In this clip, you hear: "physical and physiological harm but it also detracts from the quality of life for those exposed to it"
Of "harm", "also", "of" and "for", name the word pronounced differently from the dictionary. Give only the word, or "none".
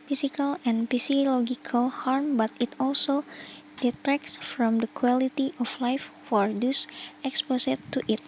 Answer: of